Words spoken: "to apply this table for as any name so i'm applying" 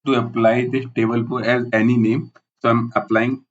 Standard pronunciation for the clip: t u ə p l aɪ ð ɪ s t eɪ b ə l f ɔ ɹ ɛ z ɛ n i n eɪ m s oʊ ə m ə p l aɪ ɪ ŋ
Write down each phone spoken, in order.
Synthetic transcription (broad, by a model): t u ə p l aɪ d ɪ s t eɪ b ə l p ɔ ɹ ɛ z ɛ n i n eɪ m s oʊ ə m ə p l aɪ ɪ ŋ